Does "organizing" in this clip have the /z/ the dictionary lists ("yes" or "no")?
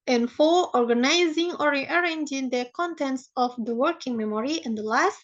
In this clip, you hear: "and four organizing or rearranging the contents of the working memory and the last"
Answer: yes